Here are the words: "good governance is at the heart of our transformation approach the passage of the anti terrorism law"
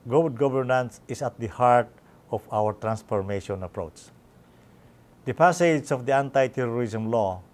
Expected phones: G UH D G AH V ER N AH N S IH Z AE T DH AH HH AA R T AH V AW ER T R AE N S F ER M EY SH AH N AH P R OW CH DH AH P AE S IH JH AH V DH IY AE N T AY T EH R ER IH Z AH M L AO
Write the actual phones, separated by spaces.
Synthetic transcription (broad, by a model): G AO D G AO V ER N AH N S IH S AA T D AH HH AA R T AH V AW ER T R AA N S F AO M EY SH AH N AH P R OW CH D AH P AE S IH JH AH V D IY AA N T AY T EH R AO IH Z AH M L AO